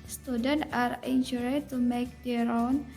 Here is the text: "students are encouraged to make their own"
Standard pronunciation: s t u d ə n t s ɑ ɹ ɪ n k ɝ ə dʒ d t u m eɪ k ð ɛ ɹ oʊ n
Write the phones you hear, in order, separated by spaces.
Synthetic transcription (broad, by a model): s t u d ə n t ɑ ɹ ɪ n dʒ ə d t u m eɪ k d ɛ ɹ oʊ n